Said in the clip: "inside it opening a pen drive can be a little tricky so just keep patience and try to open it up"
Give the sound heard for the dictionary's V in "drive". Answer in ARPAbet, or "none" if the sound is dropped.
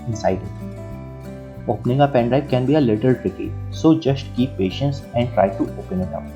P